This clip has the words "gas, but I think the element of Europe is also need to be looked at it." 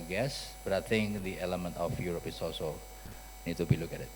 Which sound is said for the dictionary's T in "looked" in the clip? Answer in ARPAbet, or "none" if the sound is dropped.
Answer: none